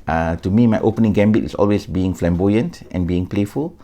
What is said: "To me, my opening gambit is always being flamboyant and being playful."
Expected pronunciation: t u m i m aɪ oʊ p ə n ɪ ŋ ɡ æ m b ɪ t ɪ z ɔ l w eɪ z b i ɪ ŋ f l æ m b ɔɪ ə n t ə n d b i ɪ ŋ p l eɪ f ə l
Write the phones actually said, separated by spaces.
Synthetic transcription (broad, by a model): t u m i m aɪ oʊ p ə n ɪ ŋ ɡ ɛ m b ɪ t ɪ s ɔ l w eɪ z b i ɪ ŋ f l æ m b ɔɪ ə n t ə n b i ɪ ŋ p l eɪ f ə l